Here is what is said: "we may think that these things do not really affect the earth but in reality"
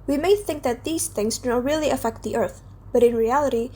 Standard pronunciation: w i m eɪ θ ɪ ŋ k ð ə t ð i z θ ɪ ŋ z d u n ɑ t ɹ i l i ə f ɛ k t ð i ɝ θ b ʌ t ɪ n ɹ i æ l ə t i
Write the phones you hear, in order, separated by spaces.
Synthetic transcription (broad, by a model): w i m eɪ θ ɪ ŋ k ð ə t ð i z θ ɪ ŋ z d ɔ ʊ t ɹ i l i ə f ɛ k t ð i ɝ θ b ʌ t ɪ n ɹ i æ l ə t i